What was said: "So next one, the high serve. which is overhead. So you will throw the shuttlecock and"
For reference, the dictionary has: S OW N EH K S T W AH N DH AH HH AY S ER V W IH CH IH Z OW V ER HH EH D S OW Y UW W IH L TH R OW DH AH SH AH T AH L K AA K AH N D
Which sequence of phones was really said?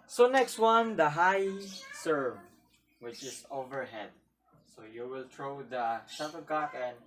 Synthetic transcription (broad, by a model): S OW N EH K S T W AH N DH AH HH AY S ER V W IH CH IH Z OW V ER HH EH D S OW Y UW W IH L T R OW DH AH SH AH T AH K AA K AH N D